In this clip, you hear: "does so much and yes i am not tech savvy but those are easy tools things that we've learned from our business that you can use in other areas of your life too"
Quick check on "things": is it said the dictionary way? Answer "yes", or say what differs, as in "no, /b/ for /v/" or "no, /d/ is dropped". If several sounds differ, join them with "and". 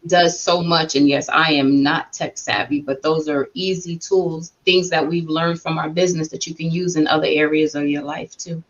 yes